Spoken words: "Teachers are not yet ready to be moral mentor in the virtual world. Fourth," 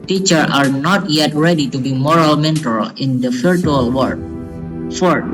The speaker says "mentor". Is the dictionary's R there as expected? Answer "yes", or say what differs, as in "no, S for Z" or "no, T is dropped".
no, L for R